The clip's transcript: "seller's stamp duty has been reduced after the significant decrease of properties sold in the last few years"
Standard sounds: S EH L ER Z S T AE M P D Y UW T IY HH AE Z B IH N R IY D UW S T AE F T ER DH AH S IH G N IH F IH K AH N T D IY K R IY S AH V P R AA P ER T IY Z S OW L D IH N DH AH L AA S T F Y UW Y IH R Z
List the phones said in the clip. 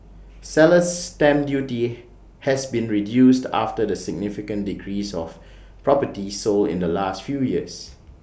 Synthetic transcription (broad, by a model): S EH L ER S T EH M D Y UW T IY HH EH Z B IH N R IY D UW S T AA F T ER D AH S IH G N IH F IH K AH N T D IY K R IY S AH F P R AA P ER T IY S OW L IH N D AH L AA S T F Y UW Y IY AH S